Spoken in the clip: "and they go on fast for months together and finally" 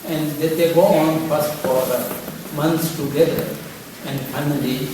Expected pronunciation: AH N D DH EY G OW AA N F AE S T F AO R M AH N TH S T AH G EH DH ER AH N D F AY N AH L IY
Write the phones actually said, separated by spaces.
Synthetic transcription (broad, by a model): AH N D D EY G OW AA N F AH S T F AO R M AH N T S T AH G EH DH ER AH N D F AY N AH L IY